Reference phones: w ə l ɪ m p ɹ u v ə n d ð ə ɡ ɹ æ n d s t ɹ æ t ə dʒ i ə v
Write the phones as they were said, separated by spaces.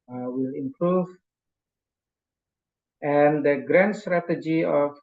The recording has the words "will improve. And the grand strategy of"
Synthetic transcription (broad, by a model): w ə l ɪ m p ɹ u v ə n d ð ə ɡ ɹ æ n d s t ɹ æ t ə dʒ i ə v